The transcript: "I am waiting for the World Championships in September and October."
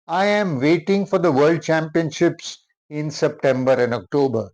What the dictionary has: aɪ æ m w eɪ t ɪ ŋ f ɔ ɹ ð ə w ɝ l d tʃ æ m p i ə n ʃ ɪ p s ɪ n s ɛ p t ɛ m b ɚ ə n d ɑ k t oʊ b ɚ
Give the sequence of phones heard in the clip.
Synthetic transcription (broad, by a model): aɪ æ m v eɪ t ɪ ŋ f ɔ ɹ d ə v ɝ l d tʃ æ m p i ə n ʃ ɪ p s ɪ n s ɛ p t ɛ m b ɚ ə n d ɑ k t oʊ b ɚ